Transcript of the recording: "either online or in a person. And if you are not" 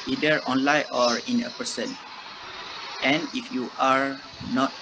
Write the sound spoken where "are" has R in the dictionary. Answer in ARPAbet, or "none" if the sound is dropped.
R